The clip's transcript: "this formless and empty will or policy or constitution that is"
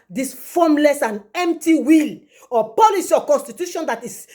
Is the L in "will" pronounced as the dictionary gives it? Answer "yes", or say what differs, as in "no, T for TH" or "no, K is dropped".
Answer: yes